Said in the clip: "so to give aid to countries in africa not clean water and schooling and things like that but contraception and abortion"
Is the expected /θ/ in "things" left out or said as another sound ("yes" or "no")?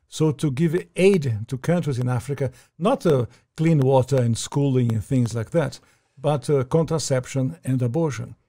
no